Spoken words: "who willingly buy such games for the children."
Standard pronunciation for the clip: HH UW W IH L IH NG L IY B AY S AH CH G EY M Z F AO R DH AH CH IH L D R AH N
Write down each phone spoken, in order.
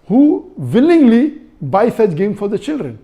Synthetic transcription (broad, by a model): HH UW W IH L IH NG L IY B AY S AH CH G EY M F AO R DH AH CH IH L D R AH N